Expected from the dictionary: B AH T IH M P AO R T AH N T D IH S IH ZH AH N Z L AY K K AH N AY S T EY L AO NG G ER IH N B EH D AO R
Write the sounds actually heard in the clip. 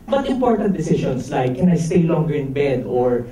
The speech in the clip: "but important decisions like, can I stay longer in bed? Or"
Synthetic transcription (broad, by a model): B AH T IH M P AO R T AH N T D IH S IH SH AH N S L AY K K AH N AY S T EY L AO NG G ER IH N B EH D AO R